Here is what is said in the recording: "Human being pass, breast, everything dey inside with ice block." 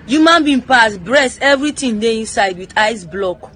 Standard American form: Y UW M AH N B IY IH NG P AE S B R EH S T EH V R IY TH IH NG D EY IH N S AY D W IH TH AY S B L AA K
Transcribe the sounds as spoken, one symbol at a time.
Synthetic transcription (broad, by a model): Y UW M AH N B IY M P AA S B R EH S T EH V R IY T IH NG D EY IH N S AY D W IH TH AY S B L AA K